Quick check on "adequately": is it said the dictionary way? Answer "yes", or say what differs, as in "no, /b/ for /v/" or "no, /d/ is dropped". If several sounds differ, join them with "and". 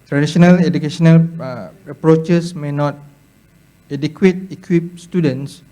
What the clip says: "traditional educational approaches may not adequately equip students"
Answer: no, /l/ is dropped